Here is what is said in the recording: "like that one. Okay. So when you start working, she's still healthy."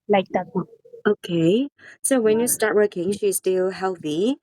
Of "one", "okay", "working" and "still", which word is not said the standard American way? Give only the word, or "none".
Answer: one